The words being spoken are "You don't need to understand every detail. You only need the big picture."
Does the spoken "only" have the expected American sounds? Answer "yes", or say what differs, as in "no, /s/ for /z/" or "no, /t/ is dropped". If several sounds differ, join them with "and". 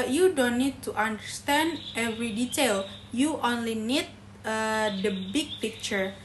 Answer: yes